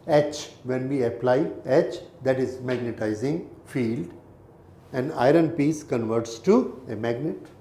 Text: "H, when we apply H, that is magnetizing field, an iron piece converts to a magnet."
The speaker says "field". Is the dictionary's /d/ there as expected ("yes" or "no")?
yes